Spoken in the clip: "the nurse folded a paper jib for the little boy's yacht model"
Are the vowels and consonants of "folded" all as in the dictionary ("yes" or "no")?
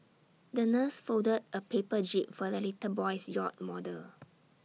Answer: no